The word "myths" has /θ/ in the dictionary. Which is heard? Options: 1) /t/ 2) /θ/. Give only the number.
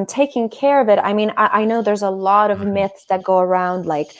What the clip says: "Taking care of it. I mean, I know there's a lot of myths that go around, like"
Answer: 2